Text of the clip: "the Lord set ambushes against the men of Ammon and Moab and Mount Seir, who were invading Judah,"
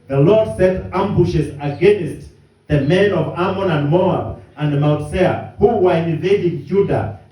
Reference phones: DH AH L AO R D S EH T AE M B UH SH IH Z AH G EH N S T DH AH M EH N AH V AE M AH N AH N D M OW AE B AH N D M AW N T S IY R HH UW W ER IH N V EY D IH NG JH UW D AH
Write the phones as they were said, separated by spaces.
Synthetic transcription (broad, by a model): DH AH L AO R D S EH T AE M B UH SH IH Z AH G EH N S T DH AH M EH N AH V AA M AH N AH N D M OW AE B AH N D M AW T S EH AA HH UW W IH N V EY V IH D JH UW D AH